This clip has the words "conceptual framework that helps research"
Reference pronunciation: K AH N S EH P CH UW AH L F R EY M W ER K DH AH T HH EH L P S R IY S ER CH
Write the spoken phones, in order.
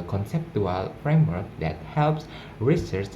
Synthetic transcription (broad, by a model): K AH N S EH P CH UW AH L F R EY M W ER K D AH T HH EH L P S R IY S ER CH